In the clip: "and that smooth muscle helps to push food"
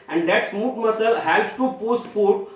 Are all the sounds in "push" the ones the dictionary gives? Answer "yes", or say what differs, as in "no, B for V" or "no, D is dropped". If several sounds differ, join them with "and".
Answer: no, S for SH